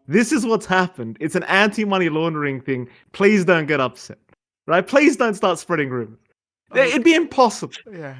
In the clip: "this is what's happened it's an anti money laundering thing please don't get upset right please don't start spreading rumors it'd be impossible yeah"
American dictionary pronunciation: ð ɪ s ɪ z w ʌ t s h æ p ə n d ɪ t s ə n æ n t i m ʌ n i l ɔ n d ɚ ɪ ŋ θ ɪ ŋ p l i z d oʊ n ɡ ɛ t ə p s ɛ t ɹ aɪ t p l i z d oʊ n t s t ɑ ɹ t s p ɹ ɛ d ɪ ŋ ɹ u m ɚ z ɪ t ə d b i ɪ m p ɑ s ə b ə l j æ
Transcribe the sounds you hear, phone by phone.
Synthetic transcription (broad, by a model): ð ɪ s ɪ z w ʌ t s h æ p ə n d ɪ t s n æ n t i m ʌ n i l ɔ n d ɚ ɪ ŋ θ ɪ ŋ p l i z d oʊ n ɡ ɛ t ə p s ɛ t ɹ aɪ t p l i z d oʊ n t s t ɑ ɹ t s p ɹ ɛ d ɪ ŋ ɹ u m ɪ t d b i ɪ m p ɑ s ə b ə l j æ